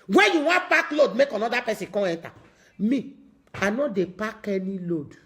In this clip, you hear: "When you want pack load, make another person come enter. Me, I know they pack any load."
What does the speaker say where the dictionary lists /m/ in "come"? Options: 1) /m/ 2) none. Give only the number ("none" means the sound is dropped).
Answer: 2